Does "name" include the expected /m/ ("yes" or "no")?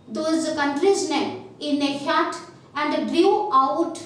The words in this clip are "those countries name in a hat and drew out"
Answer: no